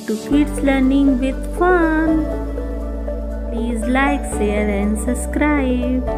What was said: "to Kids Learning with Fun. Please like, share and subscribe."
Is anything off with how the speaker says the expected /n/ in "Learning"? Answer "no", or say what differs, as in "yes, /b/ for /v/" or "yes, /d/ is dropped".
no